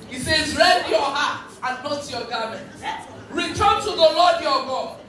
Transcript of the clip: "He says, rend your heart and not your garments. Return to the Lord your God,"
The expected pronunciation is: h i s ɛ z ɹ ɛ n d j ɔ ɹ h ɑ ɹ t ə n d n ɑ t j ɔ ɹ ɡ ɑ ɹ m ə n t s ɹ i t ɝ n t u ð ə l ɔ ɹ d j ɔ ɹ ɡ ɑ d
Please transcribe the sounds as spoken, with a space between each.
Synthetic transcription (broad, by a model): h i s ɛ z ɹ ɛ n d j ɔ h ɑ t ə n n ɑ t j ɔ ɡ ɑ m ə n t ɹ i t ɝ n t u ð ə l ɔ d j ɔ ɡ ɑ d